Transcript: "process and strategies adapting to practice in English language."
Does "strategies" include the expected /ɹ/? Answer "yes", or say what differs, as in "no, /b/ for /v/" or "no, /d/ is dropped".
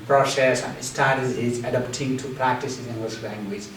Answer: no, /ɹ/ is dropped